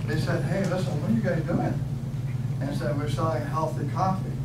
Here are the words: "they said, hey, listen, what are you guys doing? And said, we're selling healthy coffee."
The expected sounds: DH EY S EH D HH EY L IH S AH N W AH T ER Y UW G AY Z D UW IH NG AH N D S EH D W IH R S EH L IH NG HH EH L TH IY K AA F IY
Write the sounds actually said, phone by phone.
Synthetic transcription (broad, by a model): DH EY S EH D HH EY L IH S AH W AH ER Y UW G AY D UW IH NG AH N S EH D W IH R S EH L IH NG HH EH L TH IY K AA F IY